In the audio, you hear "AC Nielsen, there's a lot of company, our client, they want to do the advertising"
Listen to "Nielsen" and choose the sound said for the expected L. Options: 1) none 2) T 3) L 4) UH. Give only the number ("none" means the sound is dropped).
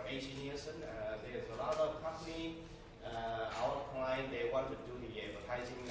1